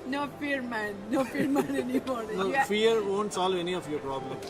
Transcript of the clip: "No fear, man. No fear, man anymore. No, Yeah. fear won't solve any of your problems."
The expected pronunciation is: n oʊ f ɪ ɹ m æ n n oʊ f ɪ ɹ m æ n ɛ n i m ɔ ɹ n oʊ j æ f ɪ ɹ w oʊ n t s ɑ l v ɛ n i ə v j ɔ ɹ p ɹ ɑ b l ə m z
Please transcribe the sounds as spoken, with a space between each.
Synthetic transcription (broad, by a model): n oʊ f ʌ ɹ m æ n n oʊ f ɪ ɹ m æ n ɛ n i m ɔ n n oʊ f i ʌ ɹ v oʊ n t s ɑ l v ɛ n i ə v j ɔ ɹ p ɹ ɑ b l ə m